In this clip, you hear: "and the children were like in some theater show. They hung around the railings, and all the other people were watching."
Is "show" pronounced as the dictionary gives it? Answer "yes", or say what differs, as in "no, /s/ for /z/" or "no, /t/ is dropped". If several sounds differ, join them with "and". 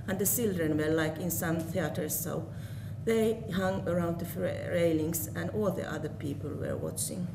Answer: no, /s/ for /ʃ/